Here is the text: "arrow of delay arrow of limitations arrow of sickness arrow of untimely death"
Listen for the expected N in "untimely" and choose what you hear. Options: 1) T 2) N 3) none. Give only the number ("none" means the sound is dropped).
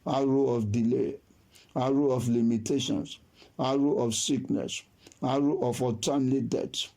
3